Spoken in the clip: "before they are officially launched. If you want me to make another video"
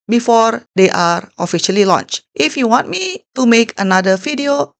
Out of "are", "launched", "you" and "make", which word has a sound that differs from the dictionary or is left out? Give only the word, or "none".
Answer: none